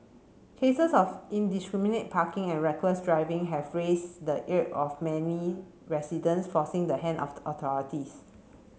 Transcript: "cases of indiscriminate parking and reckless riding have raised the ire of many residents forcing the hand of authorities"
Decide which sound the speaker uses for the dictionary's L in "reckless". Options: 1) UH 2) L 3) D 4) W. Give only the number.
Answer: 4